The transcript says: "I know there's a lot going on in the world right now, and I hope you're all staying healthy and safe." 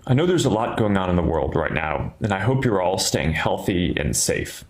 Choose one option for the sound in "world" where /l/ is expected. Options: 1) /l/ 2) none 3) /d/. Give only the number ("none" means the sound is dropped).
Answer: 1